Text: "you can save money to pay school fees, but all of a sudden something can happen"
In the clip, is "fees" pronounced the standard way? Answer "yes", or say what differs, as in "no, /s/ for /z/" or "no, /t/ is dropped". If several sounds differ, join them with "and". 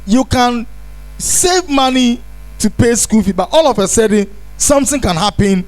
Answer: no, /z/ is dropped